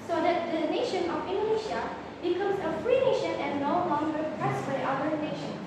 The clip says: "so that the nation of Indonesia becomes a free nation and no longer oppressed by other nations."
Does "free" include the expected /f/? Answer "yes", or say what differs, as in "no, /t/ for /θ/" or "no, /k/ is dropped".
yes